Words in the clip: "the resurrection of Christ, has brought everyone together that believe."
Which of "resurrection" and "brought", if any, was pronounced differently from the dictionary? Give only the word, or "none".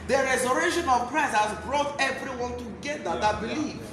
resurrection